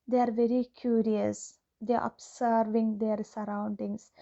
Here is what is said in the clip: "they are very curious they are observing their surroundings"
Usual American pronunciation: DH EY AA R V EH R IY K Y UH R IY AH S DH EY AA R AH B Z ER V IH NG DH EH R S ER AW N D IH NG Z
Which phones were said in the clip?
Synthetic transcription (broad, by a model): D EY AA R V EH R IY K Y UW R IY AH S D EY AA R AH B S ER V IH NG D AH R S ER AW N D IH NG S